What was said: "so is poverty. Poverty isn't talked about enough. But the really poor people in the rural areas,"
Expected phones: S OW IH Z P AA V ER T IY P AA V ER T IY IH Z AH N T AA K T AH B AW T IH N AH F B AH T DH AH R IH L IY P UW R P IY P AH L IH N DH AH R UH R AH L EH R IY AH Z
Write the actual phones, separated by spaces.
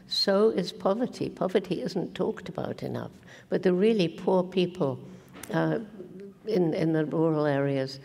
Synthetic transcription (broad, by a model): S OW IH Z P AA V ER T IY P AA V ER T IY IH Z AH N T AA K T AH B AW T IH N AH F B AH T DH AH R IH L IY P UW R P IY P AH N IH N DH AH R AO R L EH R IY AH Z